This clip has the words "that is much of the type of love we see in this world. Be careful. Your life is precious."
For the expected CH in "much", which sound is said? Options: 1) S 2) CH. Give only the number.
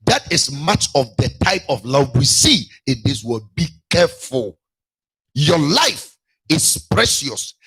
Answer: 2